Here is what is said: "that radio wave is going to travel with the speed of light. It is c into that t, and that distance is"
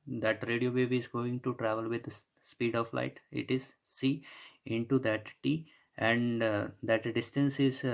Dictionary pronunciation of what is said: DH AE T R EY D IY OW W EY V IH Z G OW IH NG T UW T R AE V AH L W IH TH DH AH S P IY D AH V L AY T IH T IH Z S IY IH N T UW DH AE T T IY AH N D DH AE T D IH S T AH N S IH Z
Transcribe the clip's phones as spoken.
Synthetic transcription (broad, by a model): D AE T R EY D IY OW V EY B IH Z G OW IH NG T UW T R AE V AH L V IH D S P IY D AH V L AY T IH T IH Z S IY IH N T UW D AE T T IY AH N D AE T D IH S T AH N S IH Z